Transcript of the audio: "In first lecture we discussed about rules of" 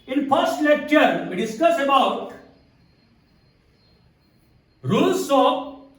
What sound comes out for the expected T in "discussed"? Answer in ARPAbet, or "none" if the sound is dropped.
none